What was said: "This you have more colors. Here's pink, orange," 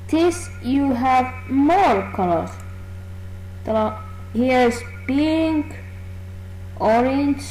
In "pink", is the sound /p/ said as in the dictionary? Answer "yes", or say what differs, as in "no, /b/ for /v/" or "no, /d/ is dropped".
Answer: no, /b/ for /p/